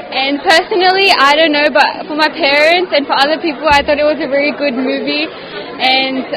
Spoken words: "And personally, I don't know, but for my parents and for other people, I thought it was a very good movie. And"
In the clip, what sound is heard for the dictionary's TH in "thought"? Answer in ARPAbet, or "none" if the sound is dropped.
TH